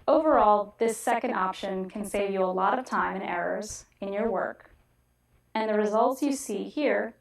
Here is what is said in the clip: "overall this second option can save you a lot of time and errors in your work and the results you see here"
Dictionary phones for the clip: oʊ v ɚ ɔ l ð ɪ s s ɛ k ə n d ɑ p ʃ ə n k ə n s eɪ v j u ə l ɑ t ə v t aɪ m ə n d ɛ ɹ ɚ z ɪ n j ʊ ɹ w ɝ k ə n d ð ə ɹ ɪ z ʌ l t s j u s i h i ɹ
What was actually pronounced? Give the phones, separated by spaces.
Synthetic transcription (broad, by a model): oʊ v ɚ ɔ l ð ɪ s s ɛ k ə n d ɑ p ʃ ə n k ə n s eɪ v j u ə l ɑ t ə v t aɪ m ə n ɛ ɹ ɚ z ɪ n j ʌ ɹ w ɝ k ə n ð ə ɹ ɪ z ʌ l t s j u s i h i ɹ